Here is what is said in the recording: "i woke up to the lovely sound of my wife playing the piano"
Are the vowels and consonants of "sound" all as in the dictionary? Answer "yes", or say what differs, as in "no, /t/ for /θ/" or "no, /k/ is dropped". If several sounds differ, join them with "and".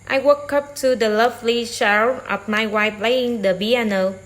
no, /ʃ/ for /s/